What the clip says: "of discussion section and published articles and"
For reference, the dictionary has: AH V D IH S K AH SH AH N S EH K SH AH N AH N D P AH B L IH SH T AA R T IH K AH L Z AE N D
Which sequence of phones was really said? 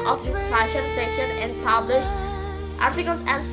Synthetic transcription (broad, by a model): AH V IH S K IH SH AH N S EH SH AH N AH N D P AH B L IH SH T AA R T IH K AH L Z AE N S